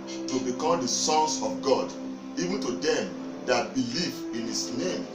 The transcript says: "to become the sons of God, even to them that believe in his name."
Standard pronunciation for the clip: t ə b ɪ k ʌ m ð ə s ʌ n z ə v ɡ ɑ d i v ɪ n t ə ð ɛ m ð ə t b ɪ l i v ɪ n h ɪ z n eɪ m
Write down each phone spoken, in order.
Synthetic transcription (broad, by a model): t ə b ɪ k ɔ m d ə s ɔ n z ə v ɡ ɑ d i v ɪ n t ə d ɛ m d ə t b ɪ l i v ɪ n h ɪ s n eɪ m